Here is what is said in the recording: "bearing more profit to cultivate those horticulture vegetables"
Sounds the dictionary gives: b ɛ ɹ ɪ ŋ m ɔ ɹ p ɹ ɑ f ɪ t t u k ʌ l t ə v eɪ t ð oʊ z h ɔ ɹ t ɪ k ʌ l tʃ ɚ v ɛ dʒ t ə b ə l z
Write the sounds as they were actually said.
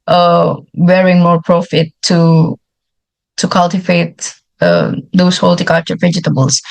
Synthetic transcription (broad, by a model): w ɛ ɹ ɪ ŋ m ɔ ɹ p ɹ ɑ f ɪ t t u k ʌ l t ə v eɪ t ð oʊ s h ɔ l t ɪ k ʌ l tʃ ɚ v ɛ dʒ t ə b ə l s